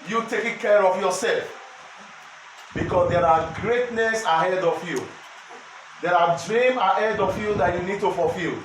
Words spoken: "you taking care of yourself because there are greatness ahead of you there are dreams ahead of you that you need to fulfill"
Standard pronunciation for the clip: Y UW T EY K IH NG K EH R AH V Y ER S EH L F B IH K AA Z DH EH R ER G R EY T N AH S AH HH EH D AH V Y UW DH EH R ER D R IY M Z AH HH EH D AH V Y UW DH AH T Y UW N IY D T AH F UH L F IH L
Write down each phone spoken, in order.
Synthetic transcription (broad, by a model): Y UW T EY K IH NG K EH R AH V Y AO S EH L F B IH K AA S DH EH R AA G R EY T N AH S AH HH EH D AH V Y UW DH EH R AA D R IY M AH HH EH D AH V Y UW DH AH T Y UW N IY D T AH F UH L F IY L